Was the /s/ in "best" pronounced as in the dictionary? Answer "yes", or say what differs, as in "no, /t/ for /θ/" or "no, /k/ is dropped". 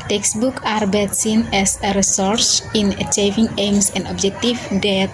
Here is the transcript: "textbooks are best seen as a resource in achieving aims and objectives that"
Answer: no, /s/ is dropped